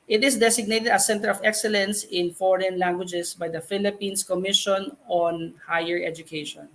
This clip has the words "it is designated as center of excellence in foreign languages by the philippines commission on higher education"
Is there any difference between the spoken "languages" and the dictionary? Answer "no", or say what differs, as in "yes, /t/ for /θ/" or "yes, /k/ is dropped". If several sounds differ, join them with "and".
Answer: yes, /s/ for /z/